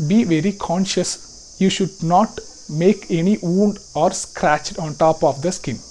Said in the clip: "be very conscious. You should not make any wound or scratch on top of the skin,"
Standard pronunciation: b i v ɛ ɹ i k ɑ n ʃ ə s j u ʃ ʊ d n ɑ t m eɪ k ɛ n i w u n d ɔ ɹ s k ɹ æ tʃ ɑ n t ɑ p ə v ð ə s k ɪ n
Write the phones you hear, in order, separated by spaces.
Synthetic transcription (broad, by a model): b i v ɛ ɹ i k ɑ n ʃ ə s j u ʃ ʊ d n ɑ t m eɪ k ɛ n i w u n d ɔ ɹ s k ɹ æ tʃ ɑ n t ɑ p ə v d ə s k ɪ n